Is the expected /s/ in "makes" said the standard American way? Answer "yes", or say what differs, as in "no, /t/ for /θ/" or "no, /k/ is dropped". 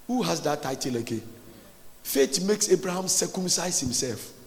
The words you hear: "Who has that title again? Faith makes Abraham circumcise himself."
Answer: yes